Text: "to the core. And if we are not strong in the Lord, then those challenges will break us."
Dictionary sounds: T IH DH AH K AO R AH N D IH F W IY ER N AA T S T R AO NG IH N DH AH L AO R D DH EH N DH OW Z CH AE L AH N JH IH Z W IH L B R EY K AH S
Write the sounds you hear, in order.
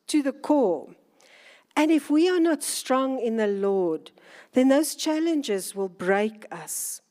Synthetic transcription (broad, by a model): T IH DH AH K AO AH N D IH F W IY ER N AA T S T R AO NG IH N DH AH L AO D DH EH N DH OW Z CH AE L AH N JH IH Z W IH L B R EY K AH S